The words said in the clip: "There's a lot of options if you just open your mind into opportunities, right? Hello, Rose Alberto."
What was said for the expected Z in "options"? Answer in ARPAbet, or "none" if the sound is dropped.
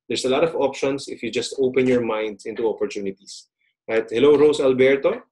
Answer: S